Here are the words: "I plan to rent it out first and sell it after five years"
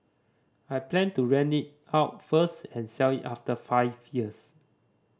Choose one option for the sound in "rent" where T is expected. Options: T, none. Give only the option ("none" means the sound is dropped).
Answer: none